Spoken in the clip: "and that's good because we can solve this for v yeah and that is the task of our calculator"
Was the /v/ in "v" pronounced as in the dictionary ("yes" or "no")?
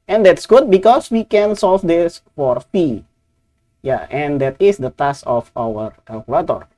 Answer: no